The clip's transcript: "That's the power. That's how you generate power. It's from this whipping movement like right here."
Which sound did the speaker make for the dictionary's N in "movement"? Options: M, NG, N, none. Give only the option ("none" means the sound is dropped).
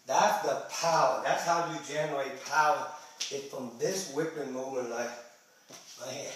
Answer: none